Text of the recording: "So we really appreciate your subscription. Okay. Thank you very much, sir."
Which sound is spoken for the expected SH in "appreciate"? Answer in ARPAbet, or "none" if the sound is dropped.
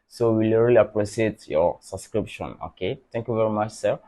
S